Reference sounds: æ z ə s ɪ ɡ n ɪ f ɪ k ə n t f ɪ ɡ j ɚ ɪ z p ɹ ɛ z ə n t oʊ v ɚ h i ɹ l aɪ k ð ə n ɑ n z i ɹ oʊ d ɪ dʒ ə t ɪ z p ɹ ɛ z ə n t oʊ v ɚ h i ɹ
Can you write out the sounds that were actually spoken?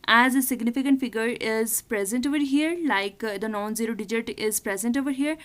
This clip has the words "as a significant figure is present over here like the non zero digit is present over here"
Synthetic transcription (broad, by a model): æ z ə s ɪ ɡ n ɪ f ɪ k ə n t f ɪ ɡ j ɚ ɪ z p ɹ ɛ z ə n t oʊ v ɚ h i ɹ l aɪ k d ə n ɑ n z i ɹ oʊ d ɪ dʒ ə t ɪ z p ɹ ɛ z ə n t oʊ v ɚ h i ɹ